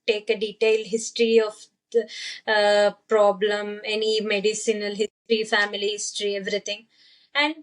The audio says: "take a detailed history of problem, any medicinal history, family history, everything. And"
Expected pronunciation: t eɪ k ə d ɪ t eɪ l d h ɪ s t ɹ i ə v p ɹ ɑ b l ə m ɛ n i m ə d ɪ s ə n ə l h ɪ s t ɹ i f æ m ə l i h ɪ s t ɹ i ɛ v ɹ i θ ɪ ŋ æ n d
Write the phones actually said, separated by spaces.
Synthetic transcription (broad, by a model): t eɪ k ə d ɪ t eɪ l d h ɪ s t ɹ i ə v p ɹ ɑ b l ə m ɛ n i m ə d ɪ s ə n ə l h ɪ s t ɹ i f æ m ə l i h ɪ s t ɹ i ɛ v ɹ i t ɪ ŋ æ n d